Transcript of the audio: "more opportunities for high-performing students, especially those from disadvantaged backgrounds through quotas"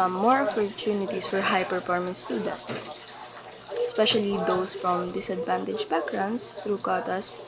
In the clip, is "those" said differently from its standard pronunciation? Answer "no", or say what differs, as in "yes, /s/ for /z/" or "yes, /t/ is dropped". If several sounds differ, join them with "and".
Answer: yes, /s/ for /z/